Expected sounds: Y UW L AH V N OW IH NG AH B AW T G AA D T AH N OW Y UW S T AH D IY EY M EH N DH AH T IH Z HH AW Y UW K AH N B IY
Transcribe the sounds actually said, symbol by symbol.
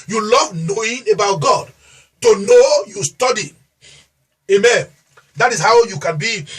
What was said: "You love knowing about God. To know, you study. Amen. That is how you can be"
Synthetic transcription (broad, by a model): Y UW L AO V N OW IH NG AH B AW T G AA D T AH N OW Y UW S T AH D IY EY M EH N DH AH T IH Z HH AW Y UW K AH N B IY